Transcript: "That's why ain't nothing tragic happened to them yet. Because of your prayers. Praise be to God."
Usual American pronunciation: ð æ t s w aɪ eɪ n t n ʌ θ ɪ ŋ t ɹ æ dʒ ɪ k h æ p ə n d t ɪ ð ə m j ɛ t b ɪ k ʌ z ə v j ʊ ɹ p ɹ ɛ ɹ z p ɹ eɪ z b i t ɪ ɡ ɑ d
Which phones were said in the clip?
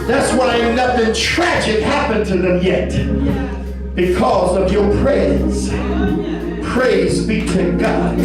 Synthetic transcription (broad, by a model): ð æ t s w aɪ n n ʌ θ ɪ ŋ t ɹ æ dʒ ɪ k h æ p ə n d t ɪ ð ə m j ɛ t b ɪ k ʌ z ə v j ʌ ɹ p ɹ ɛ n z p ɹ eɪ z b i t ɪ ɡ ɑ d